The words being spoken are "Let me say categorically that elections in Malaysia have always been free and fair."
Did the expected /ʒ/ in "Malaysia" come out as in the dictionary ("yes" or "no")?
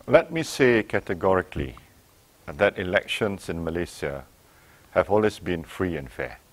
no